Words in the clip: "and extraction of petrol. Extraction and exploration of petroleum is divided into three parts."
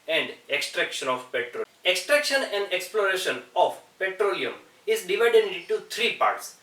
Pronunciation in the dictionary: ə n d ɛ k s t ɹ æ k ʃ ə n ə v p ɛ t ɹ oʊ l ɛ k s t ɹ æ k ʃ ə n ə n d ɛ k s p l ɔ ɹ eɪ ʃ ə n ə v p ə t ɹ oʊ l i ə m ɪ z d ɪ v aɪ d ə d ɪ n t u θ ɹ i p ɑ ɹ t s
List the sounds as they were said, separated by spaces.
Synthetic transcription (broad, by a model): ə n d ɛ k s t ɹ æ k ʃ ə n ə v p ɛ t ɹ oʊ ɛ k s t ɹ æ k ʃ ə n ə n d ɛ k s p l ɔ ɹ eɪ ʃ ə n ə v p ə t ɹ oʊ l i ə m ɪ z d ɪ v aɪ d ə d ɪ n t u t ɹ i p ɑ ɹ t s